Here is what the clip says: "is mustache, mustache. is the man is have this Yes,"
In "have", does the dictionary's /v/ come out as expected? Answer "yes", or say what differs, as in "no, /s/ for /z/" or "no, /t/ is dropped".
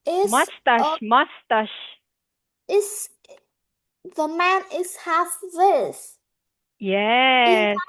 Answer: no, /f/ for /v/